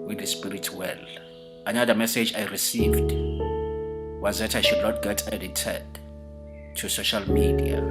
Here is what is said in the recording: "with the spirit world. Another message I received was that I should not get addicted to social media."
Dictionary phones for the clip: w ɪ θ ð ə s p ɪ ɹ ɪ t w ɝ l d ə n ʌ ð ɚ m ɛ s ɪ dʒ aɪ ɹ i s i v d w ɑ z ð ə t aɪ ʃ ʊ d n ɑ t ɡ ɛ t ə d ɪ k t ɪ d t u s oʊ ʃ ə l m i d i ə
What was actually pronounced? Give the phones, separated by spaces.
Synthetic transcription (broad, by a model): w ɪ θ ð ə s p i ɹ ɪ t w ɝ l ə n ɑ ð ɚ m ɛ s ɪ dʒ aɪ ɹ i s i v d w ɑ z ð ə t aɪ ʃ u d n ɑ t ɡ ɛ t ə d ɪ t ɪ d t u s oʊ ʃ ə l m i d i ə